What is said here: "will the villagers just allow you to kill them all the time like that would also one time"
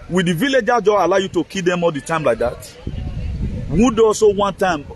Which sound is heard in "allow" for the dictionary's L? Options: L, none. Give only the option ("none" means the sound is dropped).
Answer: L